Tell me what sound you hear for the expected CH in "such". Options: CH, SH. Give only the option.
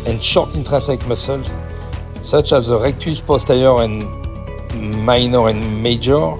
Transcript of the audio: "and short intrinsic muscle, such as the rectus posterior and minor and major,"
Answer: CH